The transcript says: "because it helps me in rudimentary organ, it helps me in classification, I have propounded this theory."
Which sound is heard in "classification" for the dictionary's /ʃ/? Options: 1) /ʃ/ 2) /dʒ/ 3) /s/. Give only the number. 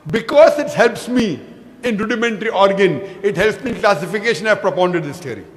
1